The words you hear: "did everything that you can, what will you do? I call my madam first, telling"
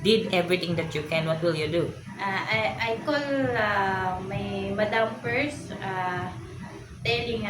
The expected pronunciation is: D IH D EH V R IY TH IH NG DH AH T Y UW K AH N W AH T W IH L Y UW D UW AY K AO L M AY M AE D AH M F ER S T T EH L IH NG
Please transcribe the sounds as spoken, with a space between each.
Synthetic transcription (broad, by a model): D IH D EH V R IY T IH NG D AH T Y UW K AH N W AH T W IH L Y UW D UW AY K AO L M AY M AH D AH M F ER S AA T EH L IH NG